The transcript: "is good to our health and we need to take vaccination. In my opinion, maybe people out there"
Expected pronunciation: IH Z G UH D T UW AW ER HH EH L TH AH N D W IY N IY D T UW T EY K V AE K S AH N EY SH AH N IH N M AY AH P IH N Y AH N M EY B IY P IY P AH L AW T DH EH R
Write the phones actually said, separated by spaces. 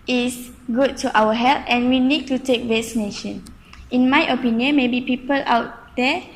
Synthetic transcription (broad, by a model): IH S G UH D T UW AW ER HH EH L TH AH N W IY N IY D T UW T EY K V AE S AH N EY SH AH N IH N M AY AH P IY N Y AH N M EY B IY P IY P AH L AW T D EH